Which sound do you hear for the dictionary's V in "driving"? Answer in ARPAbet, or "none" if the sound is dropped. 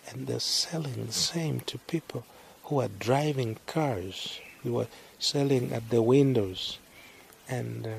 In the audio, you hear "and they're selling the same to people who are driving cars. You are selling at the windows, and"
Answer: V